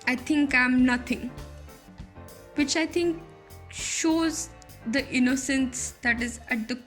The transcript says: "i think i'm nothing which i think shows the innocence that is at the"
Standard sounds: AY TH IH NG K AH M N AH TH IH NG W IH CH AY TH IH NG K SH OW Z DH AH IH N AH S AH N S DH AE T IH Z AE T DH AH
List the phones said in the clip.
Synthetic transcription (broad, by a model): AY T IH NG K AH M N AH T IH NG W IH CH AY T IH NG K SH OW Z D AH IH N AH S AH N S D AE T IH Z AE T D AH